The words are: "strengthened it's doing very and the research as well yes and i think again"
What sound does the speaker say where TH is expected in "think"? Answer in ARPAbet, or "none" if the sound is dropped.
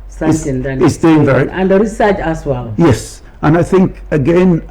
TH